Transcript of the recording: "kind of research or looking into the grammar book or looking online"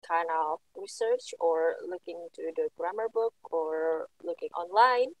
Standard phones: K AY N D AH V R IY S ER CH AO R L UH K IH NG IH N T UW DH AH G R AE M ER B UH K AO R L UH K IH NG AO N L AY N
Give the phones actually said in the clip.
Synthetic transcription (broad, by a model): K AY N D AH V R IY S ER CH AO R L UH K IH NG T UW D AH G R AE M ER B UH K AO R L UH K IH NG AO N L AY N